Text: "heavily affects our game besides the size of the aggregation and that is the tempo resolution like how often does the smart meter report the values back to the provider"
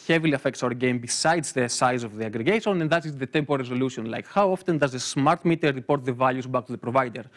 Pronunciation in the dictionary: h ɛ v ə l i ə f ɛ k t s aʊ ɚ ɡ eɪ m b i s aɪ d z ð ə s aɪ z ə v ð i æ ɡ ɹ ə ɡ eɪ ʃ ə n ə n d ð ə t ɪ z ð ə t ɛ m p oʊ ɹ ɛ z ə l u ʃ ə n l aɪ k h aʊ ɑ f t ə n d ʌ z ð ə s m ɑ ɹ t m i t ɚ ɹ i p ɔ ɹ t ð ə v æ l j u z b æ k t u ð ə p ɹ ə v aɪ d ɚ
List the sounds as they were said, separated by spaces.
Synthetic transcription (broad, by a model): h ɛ v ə l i ə f ɛ k t s aʊ ɚ ɡ eɪ m b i s aɪ d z ð ə s aɪ z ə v ð i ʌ ɡ ɹ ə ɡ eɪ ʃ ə n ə n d ð ə t ɪ z ð ə t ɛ m p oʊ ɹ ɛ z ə l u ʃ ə n l aɪ k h aʊ ɑ f t ə n d ʌ z ð ə s m ɑ ɹ t m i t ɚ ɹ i p ɔ ɹ t ð ə v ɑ l j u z b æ k t u ð ə p ɹ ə v aɪ d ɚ